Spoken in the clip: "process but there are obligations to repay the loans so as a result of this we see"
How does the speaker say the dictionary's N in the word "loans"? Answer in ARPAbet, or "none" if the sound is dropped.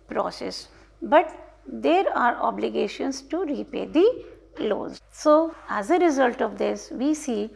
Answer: none